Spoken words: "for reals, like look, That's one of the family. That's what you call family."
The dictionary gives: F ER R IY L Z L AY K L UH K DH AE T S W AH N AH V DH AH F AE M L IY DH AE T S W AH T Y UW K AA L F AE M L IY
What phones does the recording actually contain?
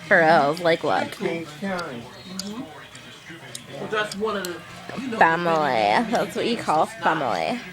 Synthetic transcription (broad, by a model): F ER R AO Z L AY K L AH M DH AE T S W AH N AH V DH AH F AE M L IY DH AE T S W AH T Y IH K AA L F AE M L IY